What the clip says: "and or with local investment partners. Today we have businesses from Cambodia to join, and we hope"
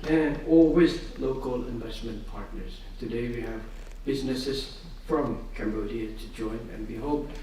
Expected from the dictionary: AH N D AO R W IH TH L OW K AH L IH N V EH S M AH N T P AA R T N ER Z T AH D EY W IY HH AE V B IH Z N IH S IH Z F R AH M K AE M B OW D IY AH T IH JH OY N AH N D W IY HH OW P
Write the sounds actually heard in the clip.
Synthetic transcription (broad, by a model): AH N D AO L W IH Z L OW K AH L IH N V EH S M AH N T P AA R T N ER Z T AH D EY W IY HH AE V B IH Z N IH S IH Z F R AH M K AE M B OW D IY AH T IH JH OY N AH N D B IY HH OW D